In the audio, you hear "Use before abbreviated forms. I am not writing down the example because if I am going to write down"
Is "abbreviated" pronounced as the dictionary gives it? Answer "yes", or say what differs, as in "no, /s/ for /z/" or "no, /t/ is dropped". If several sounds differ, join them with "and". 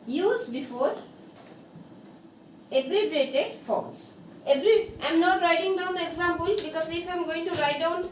no, /b/ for /v/